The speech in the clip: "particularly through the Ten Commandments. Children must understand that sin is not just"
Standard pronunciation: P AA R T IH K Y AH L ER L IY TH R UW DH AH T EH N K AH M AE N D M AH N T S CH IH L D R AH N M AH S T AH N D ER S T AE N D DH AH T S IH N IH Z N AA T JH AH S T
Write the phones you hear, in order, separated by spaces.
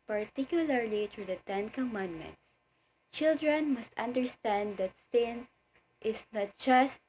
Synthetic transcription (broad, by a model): P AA R T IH K Y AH L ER L IY T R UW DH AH T EH N K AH M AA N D M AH N T S CH IH L D R AH N M AH S T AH N D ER S T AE N D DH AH T S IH N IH S N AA T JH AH S T